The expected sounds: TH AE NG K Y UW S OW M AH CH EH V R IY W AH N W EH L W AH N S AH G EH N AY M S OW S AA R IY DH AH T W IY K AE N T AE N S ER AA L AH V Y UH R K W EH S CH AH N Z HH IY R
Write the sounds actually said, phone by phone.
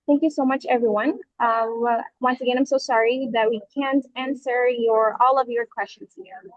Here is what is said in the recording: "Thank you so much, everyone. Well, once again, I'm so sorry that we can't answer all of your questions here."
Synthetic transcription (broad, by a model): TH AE NG K Y UW S OW M AH CH EH V R IY W AH N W W AH N S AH G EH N AY M S OW S AA R IY DH AH T W IY K AE N T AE N S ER AA L AH V Y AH R K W EH S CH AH N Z HH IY R